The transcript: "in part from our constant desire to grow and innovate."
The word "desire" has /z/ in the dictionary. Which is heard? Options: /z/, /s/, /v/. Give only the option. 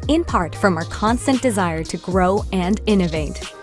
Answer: /z/